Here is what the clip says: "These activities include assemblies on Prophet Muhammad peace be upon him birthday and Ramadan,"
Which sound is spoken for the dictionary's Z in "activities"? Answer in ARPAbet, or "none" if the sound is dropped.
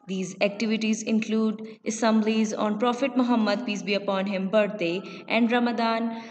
Z